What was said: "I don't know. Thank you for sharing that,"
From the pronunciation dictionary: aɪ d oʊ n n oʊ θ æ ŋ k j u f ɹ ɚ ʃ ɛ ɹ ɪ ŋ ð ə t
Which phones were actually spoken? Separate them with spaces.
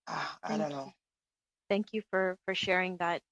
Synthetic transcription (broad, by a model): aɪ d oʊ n n oʊ θ æ ŋ k j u f ɹ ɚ ʃ ɛ ɹ ɪ ŋ ð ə t